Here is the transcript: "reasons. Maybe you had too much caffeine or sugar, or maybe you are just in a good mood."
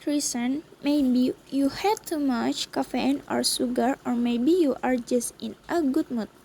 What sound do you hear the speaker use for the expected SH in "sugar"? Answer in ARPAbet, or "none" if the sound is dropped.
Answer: S